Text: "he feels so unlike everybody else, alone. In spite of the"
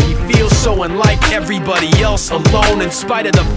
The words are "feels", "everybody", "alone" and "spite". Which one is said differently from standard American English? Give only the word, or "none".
none